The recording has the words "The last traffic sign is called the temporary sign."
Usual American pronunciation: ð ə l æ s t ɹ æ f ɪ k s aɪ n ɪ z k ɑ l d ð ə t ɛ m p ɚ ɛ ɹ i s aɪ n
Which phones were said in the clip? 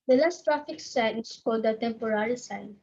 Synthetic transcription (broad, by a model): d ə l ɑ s t ɹ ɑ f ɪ k s aɪ n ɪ s k ɑ l d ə t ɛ m p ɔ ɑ ɹ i s aɪ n